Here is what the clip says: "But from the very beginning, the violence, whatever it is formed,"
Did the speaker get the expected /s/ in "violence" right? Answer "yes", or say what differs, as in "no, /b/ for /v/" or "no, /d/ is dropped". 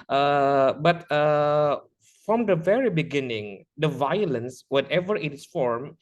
yes